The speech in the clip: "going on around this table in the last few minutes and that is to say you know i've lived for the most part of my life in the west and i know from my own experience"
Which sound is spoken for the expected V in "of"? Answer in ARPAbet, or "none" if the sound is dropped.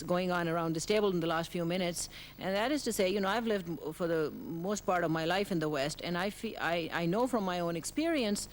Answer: V